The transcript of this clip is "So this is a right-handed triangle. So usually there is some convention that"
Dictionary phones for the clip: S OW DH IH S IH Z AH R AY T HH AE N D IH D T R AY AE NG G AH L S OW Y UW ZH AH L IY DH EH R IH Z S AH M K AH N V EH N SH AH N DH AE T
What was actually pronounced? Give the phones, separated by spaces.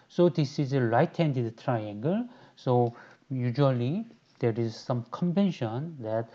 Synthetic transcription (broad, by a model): S OW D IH S IH Z AH L AY T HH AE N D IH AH T R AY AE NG G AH L S OW Y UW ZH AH L IY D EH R IH Z S AH M K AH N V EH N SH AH N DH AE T